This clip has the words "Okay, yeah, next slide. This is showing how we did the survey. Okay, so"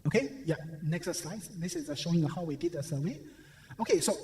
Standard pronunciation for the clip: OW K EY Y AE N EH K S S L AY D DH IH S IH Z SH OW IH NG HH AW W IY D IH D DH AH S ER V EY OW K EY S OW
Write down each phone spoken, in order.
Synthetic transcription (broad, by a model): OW K EY Y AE N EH K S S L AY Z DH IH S IH Z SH OW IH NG HH AW W IY D IH D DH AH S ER W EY OW K EY S OW